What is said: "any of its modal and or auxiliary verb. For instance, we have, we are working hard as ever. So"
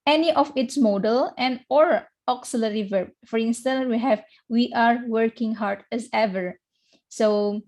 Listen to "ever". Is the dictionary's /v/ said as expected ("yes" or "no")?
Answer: yes